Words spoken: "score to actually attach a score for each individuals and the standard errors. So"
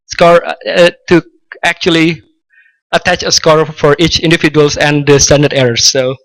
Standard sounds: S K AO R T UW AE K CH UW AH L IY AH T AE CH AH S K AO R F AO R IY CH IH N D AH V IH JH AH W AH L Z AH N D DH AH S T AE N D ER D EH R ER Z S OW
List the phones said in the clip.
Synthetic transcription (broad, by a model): S K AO R T UW AE K CH UW AH L IY AH T AE CH AH S K AO R F AO R IY CH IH N D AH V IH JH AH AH L S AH N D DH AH S T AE N D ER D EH R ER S OW